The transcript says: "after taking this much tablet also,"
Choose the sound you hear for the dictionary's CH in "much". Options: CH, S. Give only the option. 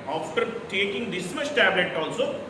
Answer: S